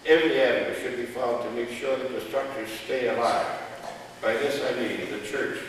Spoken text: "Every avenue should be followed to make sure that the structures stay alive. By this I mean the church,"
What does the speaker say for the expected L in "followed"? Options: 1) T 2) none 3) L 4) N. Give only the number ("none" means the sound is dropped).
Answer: 2